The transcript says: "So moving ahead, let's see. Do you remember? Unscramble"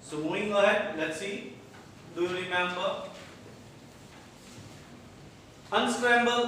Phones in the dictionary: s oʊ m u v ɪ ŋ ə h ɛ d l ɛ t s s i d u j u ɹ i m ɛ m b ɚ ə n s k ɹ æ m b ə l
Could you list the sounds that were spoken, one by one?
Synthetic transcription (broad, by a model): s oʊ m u ɪ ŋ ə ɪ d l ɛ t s s i d u j u ɹ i m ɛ m b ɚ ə n s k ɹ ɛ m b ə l